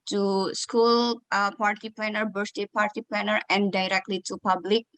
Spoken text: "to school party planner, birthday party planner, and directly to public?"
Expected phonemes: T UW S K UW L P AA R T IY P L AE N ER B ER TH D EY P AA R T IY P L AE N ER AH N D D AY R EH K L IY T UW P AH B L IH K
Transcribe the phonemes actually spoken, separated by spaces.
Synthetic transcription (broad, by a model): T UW S K UW L P AA R T IY P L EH N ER B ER S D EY P AA R T IY P L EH N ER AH N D D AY R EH K L IY T UW P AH B L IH K